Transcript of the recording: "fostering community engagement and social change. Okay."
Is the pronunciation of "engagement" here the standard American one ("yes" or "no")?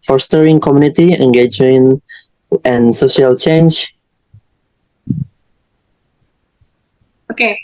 no